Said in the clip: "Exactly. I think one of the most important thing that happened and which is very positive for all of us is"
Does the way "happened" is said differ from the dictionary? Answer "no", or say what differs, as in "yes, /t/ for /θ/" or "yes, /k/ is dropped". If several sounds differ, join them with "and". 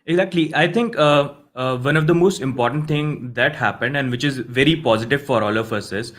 no